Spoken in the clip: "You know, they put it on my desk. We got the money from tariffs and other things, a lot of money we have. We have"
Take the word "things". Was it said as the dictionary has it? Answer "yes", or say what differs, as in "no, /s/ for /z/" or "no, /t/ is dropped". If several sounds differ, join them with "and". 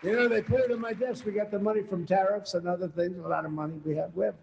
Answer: yes